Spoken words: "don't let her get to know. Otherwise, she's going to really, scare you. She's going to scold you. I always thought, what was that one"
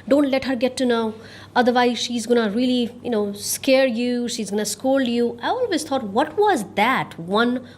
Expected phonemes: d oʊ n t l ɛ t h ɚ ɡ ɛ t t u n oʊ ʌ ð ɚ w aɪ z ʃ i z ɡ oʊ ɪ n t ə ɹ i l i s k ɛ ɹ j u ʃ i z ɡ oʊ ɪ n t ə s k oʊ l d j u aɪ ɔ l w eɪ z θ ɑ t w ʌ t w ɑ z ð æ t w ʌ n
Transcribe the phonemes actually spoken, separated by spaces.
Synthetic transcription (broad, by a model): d oʊ n t l ɛ t h ɚ ɡ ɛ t t u n oʊ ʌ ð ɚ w aɪ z ʃ i z ɡ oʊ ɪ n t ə l i n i s k ɛ ɹ j u ʃ i z ɡ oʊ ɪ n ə s k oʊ l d j u aɪ ɔ l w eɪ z t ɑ t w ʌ t w ɑ z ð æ t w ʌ n